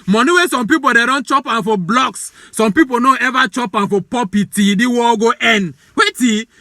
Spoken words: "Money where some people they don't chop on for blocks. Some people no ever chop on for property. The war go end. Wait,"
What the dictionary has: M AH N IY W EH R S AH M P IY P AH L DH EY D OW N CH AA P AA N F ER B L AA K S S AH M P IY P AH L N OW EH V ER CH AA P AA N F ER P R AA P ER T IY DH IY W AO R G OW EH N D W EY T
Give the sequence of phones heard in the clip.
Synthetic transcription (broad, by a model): M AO N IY W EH S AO M P IY P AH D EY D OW N CH AA P AA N F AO B L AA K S S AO M P IY P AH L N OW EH V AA CH AA P AA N F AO P AA P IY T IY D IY W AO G OW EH N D W EY T